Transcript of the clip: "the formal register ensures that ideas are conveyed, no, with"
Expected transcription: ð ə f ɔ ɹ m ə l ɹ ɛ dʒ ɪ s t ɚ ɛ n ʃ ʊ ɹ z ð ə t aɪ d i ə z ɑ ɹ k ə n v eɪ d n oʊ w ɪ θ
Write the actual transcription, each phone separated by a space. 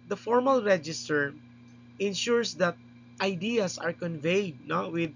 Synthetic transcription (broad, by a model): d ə f ɔ ɹ m ə l ɹ ɛ dʒ ɪ s t ɚ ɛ n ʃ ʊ ɹ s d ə t aɪ d i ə s ɑ ɹ k ə n v eɪ d n oʊ w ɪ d